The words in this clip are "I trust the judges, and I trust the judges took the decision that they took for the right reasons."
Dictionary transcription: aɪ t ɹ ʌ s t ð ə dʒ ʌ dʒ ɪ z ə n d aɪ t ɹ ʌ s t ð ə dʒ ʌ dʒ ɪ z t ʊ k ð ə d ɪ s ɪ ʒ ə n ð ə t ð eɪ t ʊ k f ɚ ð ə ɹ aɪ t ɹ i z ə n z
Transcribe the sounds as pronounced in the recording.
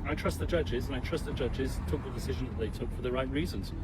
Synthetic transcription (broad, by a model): aɪ t ɹ ʌ s t ð ə dʒ ʌ dʒ ɪ z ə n aɪ t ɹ ʌ s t ð ə dʒ ʌ dʒ ɪ z t ʊ k ð ə d ɪ s ɪ ʒ ə n ð ə t ð eɪ t ʊ k f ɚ ð ə ɹ aɪ t ɹ i z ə n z